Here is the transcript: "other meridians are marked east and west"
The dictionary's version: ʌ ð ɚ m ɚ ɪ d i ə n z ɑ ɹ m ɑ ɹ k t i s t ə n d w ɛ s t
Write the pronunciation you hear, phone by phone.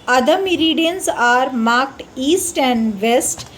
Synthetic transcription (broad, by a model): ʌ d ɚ m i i d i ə n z ɑ ɹ m ɑ ɹ k t i s t ə n d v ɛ s t